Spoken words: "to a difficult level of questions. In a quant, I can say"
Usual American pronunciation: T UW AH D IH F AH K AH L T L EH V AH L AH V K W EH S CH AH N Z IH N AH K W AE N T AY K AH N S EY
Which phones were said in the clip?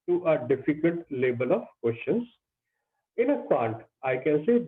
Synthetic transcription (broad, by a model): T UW AH D IH F AH K AH L T L EH B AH L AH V K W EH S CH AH N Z IH N AH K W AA N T AY K AH N S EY